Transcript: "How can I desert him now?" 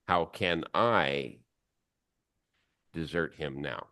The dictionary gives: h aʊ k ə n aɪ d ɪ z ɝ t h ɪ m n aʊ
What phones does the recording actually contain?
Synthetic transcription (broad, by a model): h aʊ k ə n aɪ d ɪ z ɝ t h ɪ m n aʊ